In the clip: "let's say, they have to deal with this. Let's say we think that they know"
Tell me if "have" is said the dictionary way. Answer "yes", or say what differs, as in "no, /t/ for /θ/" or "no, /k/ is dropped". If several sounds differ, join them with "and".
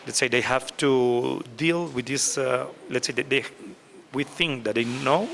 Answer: no, /f/ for /v/